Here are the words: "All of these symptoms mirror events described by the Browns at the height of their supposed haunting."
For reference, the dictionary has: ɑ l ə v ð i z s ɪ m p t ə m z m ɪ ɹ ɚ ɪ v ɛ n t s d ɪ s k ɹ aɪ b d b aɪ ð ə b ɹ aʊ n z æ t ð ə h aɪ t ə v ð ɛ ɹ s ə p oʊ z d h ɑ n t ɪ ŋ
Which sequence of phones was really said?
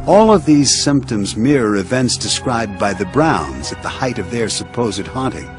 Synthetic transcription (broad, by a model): ɑ l ə v ð i z s ɪ m p t ə m z m ɪ ɹ ɚ ɪ v ɛ n t s d ɪ s k ɹ aɪ b d b aɪ ð ə b ɹ aʊ n z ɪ t ð ə h aɪ t ə v ð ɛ ɹ s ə p oʊ z d h ɑ n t ɪ ŋ